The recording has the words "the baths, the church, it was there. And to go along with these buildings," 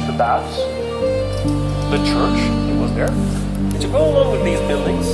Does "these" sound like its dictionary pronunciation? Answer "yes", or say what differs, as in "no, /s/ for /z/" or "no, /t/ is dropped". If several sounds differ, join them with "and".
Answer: yes